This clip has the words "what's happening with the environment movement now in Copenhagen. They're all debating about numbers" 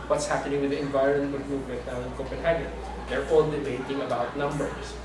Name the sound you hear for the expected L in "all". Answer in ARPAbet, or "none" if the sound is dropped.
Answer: N